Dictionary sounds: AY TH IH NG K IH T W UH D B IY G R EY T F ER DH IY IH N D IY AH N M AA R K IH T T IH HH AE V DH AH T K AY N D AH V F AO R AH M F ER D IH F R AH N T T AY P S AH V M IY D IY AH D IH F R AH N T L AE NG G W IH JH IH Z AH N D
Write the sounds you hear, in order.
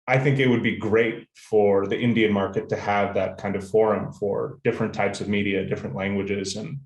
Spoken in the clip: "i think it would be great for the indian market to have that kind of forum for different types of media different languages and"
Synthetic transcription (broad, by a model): AY TH IH NG K IH T W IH D B IY G R EY T F ER DH IY IH N D IY AH N M AA R K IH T T IH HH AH V DH AH T K AY N D AH V F AO R AH M F ER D IH F R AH N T T AY P S AH V M IY D IY AH D IH F R AH N T L AE NG G W IH JH IH Z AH N